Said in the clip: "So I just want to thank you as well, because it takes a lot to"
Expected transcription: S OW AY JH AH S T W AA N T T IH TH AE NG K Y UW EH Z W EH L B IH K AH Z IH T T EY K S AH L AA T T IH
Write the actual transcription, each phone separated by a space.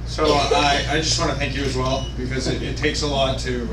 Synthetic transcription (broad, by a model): S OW AY JH AH S T W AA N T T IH TH AE NG K Y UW Z W EH L B IH K AH Z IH T T EY K S AH L AA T T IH